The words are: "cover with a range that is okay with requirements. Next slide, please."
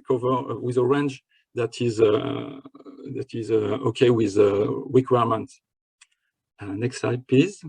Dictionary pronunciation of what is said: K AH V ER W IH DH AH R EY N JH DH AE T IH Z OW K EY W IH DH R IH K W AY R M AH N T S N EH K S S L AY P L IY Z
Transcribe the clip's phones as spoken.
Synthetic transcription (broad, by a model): K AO V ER W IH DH AH R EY N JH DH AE T IH Z OW K EY W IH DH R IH K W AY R M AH N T N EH K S S AY P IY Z